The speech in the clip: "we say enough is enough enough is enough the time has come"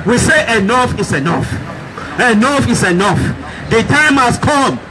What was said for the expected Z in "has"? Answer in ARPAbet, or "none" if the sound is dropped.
S